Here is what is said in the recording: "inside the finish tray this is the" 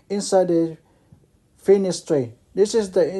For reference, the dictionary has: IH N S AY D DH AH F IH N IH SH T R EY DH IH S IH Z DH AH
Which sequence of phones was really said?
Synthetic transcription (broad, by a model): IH N S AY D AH F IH N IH S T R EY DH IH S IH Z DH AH